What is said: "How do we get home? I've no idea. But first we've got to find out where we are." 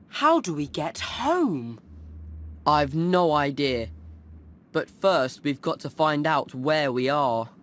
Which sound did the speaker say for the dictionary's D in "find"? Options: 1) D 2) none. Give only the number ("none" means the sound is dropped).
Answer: 1